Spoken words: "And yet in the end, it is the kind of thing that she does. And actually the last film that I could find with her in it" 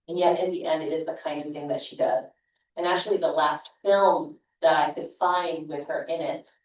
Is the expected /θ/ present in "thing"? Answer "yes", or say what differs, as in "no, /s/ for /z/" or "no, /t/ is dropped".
yes